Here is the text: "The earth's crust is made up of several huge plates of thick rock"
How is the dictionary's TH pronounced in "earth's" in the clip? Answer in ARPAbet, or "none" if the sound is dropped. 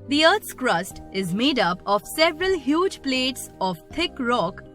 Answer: T